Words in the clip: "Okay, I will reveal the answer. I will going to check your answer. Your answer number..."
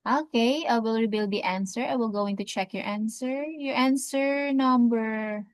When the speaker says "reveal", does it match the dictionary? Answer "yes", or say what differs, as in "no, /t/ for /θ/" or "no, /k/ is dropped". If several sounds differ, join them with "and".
no, /b/ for /v/